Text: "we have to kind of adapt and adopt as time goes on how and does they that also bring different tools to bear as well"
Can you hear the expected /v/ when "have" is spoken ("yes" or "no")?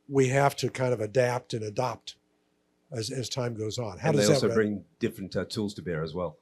no